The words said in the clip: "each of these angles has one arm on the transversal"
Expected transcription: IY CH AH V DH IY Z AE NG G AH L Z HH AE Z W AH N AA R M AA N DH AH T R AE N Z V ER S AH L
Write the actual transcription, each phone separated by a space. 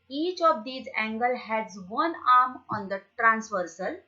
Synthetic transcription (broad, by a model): IY CH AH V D IY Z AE NG G AH L HH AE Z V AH N AA R M AA N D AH T R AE N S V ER S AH L